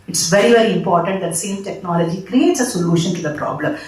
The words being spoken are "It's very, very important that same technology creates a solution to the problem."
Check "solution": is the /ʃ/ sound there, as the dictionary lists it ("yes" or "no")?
yes